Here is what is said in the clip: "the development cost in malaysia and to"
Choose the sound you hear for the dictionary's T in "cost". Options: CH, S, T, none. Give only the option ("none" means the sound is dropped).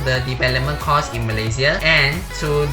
none